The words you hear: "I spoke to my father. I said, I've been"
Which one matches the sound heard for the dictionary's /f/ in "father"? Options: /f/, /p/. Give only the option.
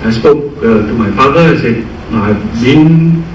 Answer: /f/